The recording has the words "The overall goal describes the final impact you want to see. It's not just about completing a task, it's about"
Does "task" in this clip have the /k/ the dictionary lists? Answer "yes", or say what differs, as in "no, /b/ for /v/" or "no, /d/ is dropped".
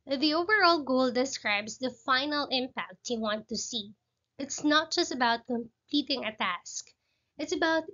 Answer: yes